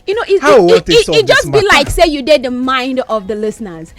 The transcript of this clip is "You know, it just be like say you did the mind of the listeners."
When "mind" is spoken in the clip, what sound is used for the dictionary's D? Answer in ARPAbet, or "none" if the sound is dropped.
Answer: D